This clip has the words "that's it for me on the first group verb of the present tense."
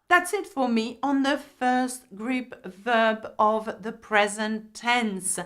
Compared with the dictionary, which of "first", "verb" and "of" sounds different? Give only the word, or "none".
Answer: none